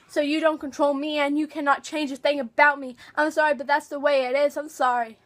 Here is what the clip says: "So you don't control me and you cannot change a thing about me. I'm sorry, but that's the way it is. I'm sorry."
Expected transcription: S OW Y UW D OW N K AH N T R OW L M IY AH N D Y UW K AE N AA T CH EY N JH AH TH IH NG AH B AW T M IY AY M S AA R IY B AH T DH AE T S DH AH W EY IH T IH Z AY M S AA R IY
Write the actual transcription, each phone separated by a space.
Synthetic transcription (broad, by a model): S OW Y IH D OW N K AH N T R OW L M IY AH N Y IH K AE N AA T CH EY N JH AH TH IH NG AH B AW T M IY AY M S AA R IY B AH T DH AE T S DH AH W EY IH T IH Z AY M S AA R IY